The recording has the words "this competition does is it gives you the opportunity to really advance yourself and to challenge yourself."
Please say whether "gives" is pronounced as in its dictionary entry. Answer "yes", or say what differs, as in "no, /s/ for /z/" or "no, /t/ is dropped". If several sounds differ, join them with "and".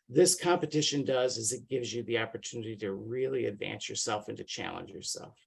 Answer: yes